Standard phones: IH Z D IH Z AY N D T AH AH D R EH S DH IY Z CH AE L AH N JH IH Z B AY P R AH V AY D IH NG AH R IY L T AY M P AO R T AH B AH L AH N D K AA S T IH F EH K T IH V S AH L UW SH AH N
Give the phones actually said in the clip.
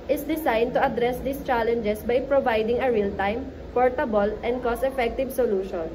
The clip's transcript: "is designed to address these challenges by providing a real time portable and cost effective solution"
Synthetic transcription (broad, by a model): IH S D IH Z AY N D T AH AH D R EH S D IY S CH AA L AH N JH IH S B AY P R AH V AY D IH NG AH R IY L T AY M P AO R T AH B AH L AH N D K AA S IH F EH K T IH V S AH L UW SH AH N